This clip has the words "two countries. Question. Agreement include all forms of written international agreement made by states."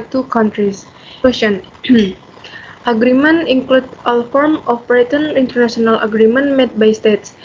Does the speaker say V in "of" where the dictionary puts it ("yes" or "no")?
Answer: no